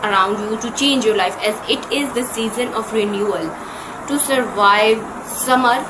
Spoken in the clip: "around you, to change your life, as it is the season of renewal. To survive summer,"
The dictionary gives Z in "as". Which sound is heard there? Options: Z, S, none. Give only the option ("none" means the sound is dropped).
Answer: Z